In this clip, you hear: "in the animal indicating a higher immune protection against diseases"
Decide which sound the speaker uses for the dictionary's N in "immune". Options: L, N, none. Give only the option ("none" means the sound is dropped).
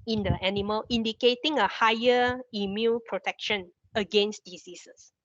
L